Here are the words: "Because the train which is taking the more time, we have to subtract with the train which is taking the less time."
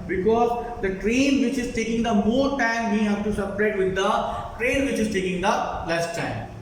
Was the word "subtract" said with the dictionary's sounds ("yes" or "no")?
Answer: no